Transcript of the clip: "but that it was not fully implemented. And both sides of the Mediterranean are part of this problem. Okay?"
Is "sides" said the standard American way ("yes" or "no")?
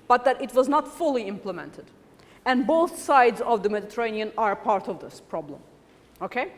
yes